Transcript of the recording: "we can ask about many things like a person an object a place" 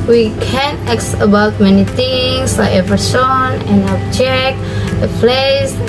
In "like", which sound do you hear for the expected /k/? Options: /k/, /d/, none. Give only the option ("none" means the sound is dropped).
none